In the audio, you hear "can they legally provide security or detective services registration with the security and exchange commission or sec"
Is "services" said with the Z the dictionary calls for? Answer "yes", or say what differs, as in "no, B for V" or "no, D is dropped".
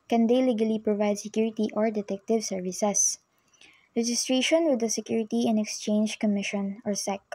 no, S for Z